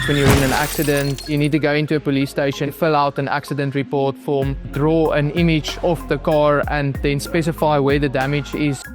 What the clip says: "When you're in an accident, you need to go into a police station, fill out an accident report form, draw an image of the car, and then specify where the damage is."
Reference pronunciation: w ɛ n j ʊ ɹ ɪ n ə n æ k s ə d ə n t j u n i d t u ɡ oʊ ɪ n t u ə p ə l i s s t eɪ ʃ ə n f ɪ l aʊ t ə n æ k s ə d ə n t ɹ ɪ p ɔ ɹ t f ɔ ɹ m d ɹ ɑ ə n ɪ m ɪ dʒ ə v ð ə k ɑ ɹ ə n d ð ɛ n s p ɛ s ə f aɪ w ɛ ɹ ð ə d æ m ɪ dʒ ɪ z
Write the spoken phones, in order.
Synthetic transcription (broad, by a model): w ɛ n j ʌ ɹ ɪ n ə n æ k s ə d ə n t j u n i d t u ɡ oʊ ɪ n t u ə p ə l i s s t eɪ ʃ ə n f ɪ l aʊ t ə n æ k s ə d ə n t ɹ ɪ p ɔ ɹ t f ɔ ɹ m d ɹ ɑ ə n ɪ m ɪ dʒ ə f ð ə k ɑ ɹ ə n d ð ɛ n s p ɛ s ə f aɪ w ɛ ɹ ð ə d æ m ɪ dʒ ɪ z